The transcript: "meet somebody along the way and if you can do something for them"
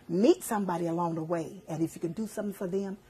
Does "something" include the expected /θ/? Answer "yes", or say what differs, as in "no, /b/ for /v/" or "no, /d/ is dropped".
yes